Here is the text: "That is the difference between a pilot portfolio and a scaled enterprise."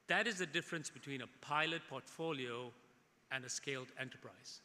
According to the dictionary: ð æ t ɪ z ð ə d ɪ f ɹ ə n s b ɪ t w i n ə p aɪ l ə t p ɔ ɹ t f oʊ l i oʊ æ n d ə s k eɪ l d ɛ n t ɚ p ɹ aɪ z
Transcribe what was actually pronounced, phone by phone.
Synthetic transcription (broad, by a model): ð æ t ɪ z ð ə d ɪ f ɹ ə n s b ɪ t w i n ə p aɪ l ə t p ɔ t f oʊ l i oʊ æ n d ə s k eɪ l d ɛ n t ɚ p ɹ aɪ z